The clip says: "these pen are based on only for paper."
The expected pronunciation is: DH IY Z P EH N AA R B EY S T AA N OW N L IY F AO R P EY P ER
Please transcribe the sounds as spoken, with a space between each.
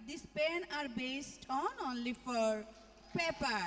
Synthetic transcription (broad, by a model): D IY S P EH N AA R B EY S T AA N OW N L IY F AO R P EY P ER